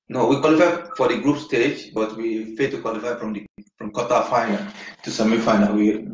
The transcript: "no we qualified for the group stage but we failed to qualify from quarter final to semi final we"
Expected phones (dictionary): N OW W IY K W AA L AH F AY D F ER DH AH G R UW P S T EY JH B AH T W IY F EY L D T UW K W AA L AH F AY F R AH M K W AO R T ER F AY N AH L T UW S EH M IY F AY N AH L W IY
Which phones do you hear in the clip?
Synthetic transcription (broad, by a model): N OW W IY K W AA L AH F AY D F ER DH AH G R UW P S T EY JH B AH T W IY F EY D T UW K W AA L AH F AY F R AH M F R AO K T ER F AY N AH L T UW S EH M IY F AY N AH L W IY